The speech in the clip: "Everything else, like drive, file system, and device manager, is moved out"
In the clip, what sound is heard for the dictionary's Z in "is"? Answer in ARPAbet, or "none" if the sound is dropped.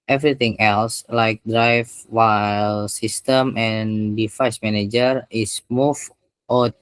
S